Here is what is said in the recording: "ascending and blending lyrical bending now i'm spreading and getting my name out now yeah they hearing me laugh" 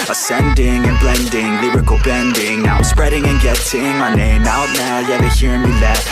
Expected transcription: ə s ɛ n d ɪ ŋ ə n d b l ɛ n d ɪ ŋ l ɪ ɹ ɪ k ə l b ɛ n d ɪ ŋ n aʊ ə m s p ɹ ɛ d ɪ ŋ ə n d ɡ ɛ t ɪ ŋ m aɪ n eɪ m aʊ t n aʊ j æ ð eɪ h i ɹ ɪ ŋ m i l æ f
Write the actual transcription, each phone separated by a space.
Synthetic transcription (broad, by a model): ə s ɛ n d ɪ ŋ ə n b l ɛ n d ɪ ŋ l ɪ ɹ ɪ k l b ɛ n d ɪ ŋ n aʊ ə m s p ɹ ɛ d ɪ ŋ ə n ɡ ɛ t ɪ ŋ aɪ n eɪ m aʊ t n aʊ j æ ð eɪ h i ɹ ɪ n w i l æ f